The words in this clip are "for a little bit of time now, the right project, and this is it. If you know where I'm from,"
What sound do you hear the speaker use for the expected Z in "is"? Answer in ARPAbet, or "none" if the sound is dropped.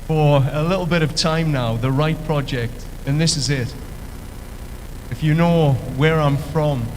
Z